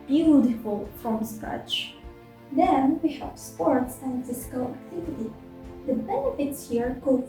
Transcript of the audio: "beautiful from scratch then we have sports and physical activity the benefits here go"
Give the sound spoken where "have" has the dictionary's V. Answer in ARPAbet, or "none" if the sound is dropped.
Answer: P